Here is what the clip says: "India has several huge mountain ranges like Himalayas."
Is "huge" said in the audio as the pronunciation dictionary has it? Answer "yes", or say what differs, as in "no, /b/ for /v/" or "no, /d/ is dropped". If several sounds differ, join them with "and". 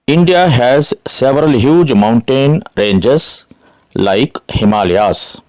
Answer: yes